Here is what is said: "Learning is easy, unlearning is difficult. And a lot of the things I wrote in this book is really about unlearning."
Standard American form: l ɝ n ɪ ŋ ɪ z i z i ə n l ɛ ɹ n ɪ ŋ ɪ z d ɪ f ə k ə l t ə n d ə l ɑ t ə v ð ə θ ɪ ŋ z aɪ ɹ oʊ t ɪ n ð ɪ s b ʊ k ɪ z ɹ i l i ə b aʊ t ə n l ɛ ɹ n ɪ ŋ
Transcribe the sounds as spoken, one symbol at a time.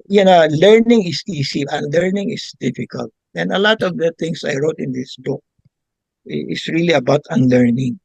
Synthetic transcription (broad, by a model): l ɝ n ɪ ŋ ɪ s i s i ə n l ɛ ɹ n ɪ ŋ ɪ s d ɪ f ə k ə l t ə n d ə l ɑ t ə v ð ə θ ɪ ŋ s aɪ ɹ oʊ t ɪ n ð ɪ s b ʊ k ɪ s ɹ i l i ə b aʊ t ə n l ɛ ɹ n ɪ ŋ